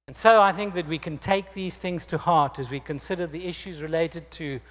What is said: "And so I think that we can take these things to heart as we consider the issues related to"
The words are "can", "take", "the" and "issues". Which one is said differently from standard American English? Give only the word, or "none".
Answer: none